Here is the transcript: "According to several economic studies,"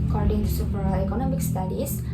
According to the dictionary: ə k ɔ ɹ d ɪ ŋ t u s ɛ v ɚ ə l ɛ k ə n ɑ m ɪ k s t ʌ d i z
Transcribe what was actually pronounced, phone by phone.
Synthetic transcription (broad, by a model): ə k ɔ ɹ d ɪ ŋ t u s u p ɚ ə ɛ k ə n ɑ m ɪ k s t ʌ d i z